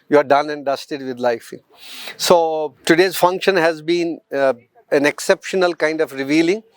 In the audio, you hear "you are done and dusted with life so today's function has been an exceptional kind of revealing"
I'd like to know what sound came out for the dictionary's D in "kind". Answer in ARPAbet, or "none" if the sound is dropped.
D